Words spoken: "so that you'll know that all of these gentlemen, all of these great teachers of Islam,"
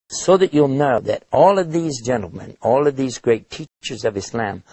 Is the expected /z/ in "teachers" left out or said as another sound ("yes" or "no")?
no